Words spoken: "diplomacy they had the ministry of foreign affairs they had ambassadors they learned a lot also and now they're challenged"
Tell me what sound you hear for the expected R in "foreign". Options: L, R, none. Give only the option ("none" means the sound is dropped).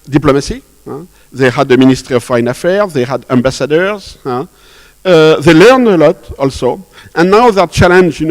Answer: none